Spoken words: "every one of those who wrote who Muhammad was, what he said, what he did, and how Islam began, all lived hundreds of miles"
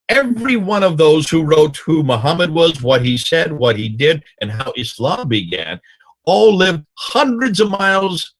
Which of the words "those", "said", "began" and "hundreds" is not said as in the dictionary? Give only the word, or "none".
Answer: none